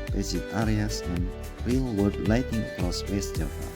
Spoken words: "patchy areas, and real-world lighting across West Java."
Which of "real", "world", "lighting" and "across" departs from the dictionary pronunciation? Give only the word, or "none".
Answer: world